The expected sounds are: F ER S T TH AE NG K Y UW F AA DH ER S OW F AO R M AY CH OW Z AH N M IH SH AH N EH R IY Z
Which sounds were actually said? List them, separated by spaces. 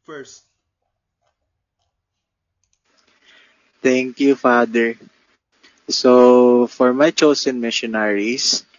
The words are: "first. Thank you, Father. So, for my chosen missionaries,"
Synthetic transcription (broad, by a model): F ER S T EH NG K Y UW F AA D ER S OW F AO R M AY CH OW S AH N M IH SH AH N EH R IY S